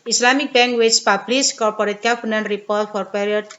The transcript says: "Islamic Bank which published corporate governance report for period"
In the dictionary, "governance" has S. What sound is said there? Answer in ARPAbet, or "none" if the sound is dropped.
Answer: none